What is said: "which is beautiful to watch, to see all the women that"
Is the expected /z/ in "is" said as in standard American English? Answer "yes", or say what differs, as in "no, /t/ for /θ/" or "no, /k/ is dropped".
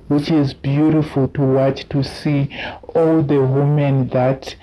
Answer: yes